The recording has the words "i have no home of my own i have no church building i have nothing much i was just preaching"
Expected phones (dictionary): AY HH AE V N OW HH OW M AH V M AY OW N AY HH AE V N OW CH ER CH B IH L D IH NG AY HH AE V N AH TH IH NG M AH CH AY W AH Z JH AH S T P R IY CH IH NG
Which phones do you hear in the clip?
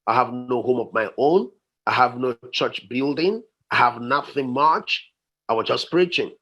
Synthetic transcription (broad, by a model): AY HH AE V N OW HH OW M AH V M AY OW N AY HH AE V N OW CH ER CH B IH L D IH NG AY HH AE V N AH TH IH NG M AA CH AY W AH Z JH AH S P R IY CH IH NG